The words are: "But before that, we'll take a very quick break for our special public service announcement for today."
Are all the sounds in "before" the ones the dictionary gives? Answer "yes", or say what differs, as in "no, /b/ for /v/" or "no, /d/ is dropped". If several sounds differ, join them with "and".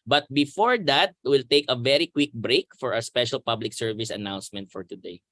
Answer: yes